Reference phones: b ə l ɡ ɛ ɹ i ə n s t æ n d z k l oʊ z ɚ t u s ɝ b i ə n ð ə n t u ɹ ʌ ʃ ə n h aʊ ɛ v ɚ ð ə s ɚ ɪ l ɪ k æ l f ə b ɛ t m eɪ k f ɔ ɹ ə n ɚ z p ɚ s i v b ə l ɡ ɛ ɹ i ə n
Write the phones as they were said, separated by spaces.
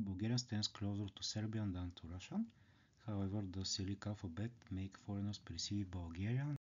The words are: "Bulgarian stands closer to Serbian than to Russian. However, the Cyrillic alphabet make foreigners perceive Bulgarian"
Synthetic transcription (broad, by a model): b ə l ɡ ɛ ɹ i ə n s t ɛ n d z k l oʊ z ɚ t u s ɝ b i ə n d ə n t u ɹ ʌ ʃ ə n h aʊ ɛ v ɚ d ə s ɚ l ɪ k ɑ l f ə b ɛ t m eɪ k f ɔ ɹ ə n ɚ s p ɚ s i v b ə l ɡ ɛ ɹ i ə n